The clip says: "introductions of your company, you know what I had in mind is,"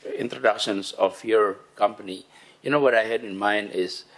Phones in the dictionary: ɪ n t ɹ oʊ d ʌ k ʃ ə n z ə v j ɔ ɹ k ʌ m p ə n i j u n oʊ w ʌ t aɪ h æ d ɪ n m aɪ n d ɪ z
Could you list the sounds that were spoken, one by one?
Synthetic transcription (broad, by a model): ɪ n t ɹ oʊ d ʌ k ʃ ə n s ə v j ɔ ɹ k ʌ m p ə n i j u n oʊ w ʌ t aɪ h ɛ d ɪ n m aɪ n d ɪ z